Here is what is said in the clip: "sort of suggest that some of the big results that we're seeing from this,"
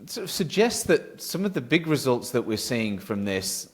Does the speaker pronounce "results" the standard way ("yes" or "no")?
yes